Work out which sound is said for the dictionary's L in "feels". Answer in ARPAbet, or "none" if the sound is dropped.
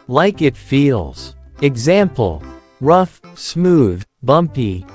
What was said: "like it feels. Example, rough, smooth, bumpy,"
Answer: L